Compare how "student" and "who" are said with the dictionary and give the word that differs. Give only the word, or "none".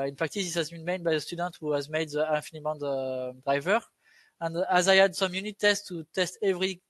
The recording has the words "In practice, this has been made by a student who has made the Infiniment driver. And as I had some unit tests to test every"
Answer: none